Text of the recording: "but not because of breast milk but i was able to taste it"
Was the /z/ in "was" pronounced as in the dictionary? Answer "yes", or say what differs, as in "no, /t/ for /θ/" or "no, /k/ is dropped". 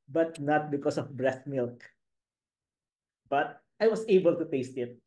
no, /s/ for /z/